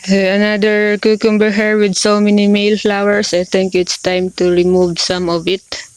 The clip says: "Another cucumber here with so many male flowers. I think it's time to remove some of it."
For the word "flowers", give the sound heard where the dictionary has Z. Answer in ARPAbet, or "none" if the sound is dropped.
S